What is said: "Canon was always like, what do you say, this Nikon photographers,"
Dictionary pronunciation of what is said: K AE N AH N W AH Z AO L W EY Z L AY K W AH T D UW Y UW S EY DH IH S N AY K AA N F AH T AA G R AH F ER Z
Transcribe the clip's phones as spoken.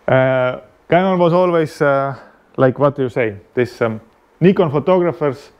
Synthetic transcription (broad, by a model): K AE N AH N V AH S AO L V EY S L AY K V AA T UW Y UW S EY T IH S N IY K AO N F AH T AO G R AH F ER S